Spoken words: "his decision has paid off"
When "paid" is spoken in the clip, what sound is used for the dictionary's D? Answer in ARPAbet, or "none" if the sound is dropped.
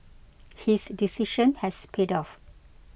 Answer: D